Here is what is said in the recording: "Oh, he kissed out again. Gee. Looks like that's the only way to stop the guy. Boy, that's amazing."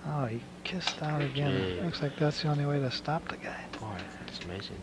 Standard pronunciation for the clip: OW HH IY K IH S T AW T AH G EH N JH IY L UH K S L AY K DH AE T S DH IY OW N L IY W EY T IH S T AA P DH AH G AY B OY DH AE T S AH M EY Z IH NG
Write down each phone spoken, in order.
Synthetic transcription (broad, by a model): OW HH IY K IH S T AW T AH G EH N L UH K S L AY K DH AE T S DH IY OW N L IY W EY T IH S T AA P DH AH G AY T DH AE T S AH M EY Z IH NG